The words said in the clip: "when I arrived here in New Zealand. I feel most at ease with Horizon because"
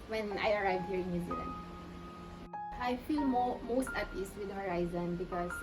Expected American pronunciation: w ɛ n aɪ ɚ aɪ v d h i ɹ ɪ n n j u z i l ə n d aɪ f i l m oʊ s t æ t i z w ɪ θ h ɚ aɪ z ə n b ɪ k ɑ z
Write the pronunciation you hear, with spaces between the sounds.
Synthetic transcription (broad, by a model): w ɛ n aɪ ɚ aɪ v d h i ɹ ɪ n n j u z i l ə n d aɪ f i l m oʊ s t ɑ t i s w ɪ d h ɚ aɪ z ə n b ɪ k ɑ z